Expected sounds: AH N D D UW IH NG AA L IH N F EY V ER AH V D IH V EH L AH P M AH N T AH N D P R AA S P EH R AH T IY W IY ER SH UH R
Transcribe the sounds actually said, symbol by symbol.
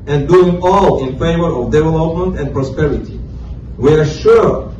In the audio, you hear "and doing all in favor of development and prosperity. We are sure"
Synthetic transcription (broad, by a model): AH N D D UW IH NG AA L IH N F EY V ER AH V D IH V EH L AH P M AH N T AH N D P R AA S P EH R AH T IY W IY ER SH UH R